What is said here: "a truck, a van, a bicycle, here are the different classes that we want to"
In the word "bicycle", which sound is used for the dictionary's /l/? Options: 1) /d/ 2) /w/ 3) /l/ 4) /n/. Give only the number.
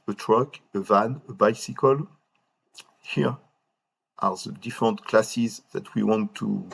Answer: 3